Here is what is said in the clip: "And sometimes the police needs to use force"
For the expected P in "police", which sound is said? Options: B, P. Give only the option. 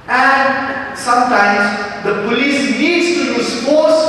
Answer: P